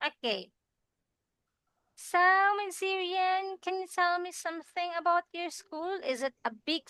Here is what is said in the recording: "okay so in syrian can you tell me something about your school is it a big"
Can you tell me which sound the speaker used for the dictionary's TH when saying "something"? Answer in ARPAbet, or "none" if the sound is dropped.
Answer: TH